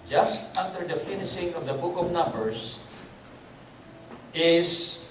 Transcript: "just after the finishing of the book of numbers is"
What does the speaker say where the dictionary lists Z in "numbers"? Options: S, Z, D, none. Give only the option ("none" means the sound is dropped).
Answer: S